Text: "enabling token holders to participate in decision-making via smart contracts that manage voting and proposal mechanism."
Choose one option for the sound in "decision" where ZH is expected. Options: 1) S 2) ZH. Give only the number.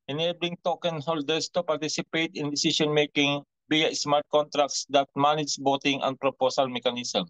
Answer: 1